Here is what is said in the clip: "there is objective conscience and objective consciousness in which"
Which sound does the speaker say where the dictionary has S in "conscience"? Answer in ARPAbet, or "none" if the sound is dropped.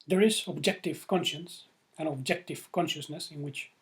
S